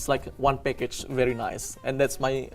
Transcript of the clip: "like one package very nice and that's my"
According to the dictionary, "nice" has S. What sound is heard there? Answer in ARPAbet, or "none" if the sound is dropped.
S